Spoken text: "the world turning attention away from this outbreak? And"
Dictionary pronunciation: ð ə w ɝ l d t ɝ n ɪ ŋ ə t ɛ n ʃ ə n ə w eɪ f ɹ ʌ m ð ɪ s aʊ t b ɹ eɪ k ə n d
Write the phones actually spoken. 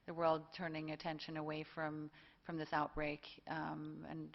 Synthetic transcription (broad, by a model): ð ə w ɝ l d t ɝ n ɪ ŋ ə t ɛ n ʃ ə n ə w eɪ f ɹ ʌ m ð ɪ s aʊ t b ɹ eɪ k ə n